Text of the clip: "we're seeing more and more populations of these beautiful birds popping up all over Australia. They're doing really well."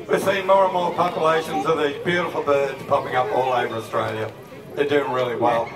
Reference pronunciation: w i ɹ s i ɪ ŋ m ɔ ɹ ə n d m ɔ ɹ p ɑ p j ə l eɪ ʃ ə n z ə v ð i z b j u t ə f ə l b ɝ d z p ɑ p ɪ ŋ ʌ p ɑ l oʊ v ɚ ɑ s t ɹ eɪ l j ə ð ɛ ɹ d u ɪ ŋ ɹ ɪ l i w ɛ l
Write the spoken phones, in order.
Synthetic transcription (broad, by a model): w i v s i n m ɔ ɹ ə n m ɔ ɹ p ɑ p j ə l eɪ ʃ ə n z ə ð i b j u t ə f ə l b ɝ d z p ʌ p ɪ ŋ ʌ p ɑ l oʊ v ɚ ɑ s t ɹ eɪ l j ə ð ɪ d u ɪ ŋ ɹ ɪ l i w ɛ l